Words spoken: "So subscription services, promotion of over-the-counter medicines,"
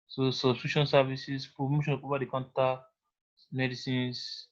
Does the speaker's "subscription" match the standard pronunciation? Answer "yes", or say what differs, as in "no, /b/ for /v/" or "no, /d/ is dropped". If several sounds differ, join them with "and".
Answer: no, /p/ is dropped